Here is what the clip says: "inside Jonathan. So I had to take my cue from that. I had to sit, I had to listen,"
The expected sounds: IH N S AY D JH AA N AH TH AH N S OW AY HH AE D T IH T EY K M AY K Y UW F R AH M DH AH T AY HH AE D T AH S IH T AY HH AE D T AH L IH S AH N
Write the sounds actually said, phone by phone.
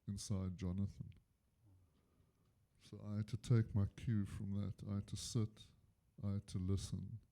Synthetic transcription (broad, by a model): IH N S AY D JH AA N AH TH AH N S OW AY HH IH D T IH T EY K M AY K Y UW F R AH M DH AH T AY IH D T AH S IH T AY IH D T AH L IH S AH N